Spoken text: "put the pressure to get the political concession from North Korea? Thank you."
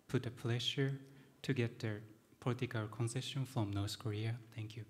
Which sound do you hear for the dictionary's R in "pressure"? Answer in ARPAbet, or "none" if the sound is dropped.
L